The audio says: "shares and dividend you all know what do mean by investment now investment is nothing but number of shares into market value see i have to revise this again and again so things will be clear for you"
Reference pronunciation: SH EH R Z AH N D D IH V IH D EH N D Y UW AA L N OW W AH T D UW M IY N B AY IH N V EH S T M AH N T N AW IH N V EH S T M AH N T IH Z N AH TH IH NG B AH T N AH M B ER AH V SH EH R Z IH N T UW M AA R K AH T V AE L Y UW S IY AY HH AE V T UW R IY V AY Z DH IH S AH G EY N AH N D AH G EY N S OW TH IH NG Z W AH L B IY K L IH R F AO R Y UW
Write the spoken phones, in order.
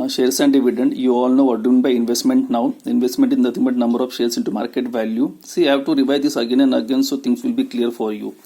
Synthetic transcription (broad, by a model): SH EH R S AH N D D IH V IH D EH N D Y UW AA L N OW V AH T D UW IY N B AY IH N V EH S T M AH N T N AW IH N V EH S T M AH N T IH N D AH T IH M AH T N AH M B ER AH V SH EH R S IH N T UW M AA R K AH T V AE L Y UW S IY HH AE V T UW R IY V AY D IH S AH G EY N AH N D AH G EY N S OW T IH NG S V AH L B IY K L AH R F AO R Y UW